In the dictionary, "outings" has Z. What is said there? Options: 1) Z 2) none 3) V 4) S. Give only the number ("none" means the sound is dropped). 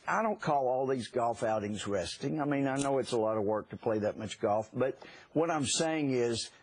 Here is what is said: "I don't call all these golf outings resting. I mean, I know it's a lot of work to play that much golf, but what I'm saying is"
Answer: 1